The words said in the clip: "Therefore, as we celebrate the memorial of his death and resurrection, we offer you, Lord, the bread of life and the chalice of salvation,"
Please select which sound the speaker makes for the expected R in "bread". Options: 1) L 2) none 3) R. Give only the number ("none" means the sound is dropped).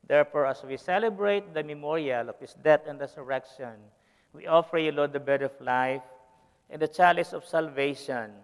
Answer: 2